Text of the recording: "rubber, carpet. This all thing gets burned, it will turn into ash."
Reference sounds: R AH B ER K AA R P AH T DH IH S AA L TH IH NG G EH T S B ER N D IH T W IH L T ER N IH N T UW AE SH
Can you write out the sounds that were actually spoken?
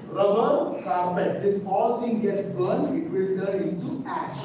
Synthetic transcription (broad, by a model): R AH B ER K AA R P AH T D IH S AA L T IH NG G EH T S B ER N IH T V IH L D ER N IH N T UW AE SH